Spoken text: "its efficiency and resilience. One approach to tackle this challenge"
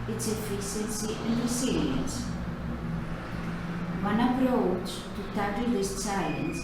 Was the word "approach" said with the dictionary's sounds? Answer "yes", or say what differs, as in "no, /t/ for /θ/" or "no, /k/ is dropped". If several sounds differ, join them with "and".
yes